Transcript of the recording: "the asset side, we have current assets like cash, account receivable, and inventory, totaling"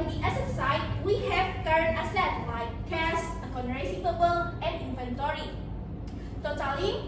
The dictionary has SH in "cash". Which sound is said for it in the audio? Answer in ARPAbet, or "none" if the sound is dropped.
S